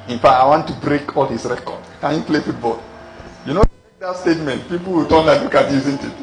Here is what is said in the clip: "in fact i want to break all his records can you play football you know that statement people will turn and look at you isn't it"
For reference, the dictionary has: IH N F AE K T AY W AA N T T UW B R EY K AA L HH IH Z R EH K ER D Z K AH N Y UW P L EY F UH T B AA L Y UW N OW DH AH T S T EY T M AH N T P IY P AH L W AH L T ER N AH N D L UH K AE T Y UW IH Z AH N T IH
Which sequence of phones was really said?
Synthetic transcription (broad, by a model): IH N F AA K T AY W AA N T T UW B R EY K AA L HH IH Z R EH K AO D K AH N Y UW P L EY F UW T B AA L Y UW N OW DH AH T S T EY T M AH N T P IY P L W AH L T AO L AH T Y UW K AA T Y UW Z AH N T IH